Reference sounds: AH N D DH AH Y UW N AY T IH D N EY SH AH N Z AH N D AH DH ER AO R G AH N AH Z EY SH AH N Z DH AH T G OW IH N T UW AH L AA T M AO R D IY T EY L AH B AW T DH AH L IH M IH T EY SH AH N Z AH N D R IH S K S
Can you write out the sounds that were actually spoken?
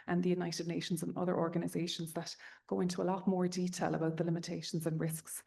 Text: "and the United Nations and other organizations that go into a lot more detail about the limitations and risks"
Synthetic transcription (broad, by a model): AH N DH AH Y UW N AY T IH D N EY SH AH N Z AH N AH DH ER AO R G AH N AH Z EY SH AH N Z DH AH T G OW IH N T UW AH L AA T M AO R D IY T EY L AH B AW T DH AH L IH M IH T EY SH AH N Z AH N R IH S K S